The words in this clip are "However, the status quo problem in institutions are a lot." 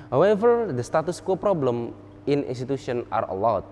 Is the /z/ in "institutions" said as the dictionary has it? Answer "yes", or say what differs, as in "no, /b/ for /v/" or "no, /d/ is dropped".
no, /z/ is dropped